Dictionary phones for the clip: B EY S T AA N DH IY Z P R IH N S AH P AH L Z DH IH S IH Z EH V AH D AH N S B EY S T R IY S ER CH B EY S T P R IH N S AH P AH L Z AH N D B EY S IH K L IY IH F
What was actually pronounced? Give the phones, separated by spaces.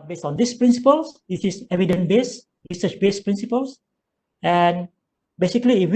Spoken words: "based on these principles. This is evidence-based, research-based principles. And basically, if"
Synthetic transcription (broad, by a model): B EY S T AA N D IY S P R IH N S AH P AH L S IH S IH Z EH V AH D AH N B EY S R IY S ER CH B EY S P R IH N S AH P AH L S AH N B EY S IH K L IY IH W